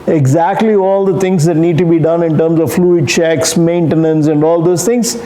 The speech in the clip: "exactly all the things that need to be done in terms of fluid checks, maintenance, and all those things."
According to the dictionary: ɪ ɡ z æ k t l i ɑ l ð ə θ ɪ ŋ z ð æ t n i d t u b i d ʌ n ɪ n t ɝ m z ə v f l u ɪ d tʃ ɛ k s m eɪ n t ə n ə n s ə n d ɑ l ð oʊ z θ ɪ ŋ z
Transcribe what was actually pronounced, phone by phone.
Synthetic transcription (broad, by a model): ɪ ɡ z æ k t l i ɑ l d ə t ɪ ŋ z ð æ t n i d t u b i d ʌ n ɪ n t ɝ m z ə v f l u ɪ d tʃ ɛ k s m eɪ n t ə n ə n s ə n d ɑ l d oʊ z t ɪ ŋ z